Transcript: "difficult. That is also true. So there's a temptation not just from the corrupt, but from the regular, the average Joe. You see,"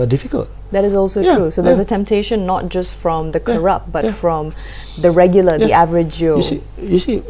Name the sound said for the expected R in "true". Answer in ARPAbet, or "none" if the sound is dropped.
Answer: R